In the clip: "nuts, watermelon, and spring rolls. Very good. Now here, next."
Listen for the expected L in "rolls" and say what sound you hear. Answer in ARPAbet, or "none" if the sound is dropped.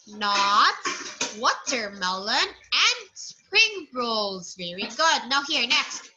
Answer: L